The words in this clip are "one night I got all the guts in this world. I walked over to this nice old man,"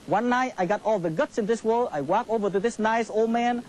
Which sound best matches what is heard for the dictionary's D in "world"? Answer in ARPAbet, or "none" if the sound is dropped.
none